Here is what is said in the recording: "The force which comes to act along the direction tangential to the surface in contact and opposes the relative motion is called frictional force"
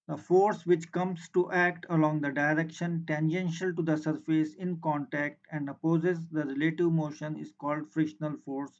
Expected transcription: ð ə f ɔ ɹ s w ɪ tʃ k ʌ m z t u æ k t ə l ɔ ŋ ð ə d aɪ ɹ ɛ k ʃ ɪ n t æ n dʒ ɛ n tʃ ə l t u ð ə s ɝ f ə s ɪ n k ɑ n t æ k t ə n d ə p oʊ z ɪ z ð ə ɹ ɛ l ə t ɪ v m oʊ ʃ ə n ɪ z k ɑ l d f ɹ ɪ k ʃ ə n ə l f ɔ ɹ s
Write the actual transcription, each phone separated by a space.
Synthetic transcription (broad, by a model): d ə f ɔ ɹ s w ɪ tʃ k ʌ m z t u æ k t ə l ɔ ŋ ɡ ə d aɪ ɹ ɛ k ʃ ɪ n t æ n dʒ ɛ n ʃ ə l t u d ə s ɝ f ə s ɪ n k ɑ n t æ k t ə n d ə p oʊ z ɪ z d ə ɹ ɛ l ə t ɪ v m oʊ ʃ ə n ɪ z k ɑ l d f ɹ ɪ ʃ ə n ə l f ɔ ɹ s